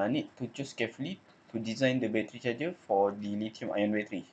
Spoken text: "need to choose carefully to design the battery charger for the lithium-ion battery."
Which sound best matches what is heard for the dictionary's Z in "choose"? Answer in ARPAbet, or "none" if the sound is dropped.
S